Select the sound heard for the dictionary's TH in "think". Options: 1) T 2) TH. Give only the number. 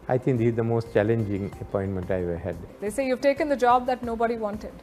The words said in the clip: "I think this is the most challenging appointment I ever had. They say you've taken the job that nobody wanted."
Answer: 1